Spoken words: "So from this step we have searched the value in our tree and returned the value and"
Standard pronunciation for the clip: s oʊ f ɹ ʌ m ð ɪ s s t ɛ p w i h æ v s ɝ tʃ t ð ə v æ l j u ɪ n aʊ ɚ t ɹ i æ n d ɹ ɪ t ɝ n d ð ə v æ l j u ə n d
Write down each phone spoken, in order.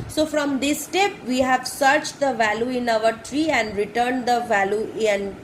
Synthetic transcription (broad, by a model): s oʊ f ɹ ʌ m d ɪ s s t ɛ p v i h æ v s ɝ tʃ t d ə v æ l j u ɪ n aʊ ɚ t ɹ i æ n d ɹ ɪ t ɝ n d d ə v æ l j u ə n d